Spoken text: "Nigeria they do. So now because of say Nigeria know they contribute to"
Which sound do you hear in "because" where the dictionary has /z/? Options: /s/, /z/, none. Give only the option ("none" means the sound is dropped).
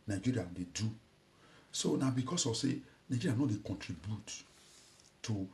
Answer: /s/